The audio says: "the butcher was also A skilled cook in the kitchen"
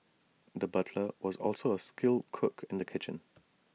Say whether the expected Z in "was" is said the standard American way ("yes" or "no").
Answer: yes